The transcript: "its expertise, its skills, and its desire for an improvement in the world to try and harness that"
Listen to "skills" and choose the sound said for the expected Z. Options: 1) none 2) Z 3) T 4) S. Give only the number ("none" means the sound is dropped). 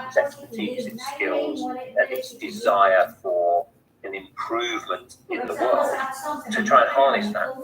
2